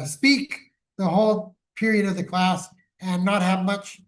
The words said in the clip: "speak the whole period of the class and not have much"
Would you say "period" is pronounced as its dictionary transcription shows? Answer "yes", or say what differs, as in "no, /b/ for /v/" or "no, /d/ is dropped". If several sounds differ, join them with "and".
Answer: yes